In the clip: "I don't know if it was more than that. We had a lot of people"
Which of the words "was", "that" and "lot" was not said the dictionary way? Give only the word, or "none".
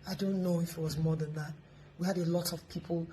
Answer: none